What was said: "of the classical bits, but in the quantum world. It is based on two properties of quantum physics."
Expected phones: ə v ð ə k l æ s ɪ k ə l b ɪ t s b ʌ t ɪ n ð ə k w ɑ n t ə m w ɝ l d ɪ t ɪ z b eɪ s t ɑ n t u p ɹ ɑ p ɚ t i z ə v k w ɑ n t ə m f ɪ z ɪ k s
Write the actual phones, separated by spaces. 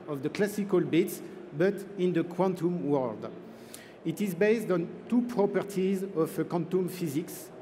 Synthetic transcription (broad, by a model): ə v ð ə k l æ s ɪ k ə l b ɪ t s b ʌ t ɪ n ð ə k w ɑ n t ə m w ɝ l d ɪ t ɪ z b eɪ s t ɑ n t u p ɹ ɑ p ɚ t i z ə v k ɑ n t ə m f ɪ z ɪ k s